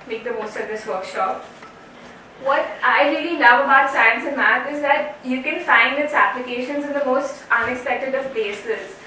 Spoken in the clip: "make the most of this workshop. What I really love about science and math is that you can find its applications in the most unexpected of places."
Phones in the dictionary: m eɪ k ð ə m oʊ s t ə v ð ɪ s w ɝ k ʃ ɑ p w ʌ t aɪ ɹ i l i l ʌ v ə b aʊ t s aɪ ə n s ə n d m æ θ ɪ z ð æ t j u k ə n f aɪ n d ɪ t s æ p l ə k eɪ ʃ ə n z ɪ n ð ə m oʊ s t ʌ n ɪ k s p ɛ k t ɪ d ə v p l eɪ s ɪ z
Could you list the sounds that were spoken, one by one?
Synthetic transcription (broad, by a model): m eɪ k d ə m oʊ s t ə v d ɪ s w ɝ k ʃ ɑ p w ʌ t aɪ ɹ i l i n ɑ ə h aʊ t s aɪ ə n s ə m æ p ɪ z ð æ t j u k ə n f aɪ n d ɪ t s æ p l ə k eɪ ʃ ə n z ɪ n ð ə m oʊ s t ʌ n ɪ k s p ɛ k t ɪ d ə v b eɪ s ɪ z